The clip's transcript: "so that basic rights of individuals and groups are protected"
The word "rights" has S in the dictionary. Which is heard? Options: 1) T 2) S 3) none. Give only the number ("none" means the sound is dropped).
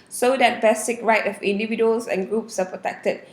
3